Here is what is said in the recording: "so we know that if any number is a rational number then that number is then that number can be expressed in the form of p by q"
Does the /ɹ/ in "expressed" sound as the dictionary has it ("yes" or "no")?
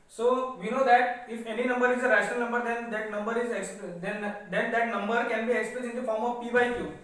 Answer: no